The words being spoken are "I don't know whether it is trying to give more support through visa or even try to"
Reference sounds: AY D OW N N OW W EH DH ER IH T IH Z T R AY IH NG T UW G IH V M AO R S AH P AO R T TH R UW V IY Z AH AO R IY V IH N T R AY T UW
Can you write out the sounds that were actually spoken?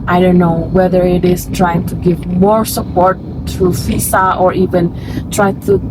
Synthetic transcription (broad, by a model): AY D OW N N OW W EH DH ER IH T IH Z T R AY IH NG T UW G IH V M AO R S AH P AO R T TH R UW F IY S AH AO R IY V IH N T R AY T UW